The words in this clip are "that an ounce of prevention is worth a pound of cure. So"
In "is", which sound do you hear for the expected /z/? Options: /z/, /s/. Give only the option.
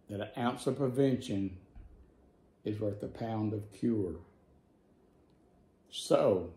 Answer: /z/